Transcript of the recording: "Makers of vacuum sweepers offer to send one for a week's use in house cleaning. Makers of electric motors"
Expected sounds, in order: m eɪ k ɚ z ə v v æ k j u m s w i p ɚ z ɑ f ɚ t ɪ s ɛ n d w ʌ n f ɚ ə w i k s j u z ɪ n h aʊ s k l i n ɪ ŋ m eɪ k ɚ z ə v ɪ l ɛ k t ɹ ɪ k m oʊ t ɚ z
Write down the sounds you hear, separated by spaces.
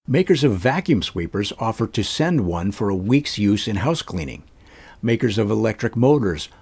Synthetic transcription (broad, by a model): m eɪ k ɚ z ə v v æ k j u m s w i p ɚ z ɑ f ɚ t ɪ s ɛ n d w ʌ n f ɚ ə w i k s j u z ɪ n h aʊ s k l i n ɪ ŋ m eɪ k ɚ z ə v ɪ l ɛ k t ɹ ɪ k m oʊ t ɚ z